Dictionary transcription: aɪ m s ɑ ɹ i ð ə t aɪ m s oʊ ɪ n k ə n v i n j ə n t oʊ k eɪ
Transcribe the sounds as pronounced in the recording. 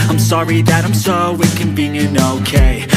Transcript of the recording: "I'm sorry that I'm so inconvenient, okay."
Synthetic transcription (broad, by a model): aɪ m s ɑ ɹ i ð ə t aɪ m s oʊ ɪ k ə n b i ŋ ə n oʊ k eɪ